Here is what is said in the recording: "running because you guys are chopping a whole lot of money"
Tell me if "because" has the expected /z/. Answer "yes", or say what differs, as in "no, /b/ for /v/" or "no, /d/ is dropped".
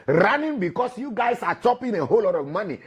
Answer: no, /s/ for /z/